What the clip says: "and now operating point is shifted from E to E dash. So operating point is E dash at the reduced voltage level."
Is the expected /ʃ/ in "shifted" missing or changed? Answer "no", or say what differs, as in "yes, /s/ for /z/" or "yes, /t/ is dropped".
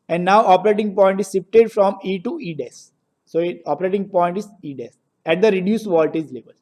yes, /s/ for /ʃ/